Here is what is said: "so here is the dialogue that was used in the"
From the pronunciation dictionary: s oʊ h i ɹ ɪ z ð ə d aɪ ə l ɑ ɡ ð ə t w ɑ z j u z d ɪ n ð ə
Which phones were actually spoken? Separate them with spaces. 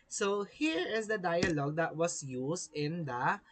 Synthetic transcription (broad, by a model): s oʊ h i ɹ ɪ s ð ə d aɪ ə l ɑ ɡ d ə t w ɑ s j u s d ɪ n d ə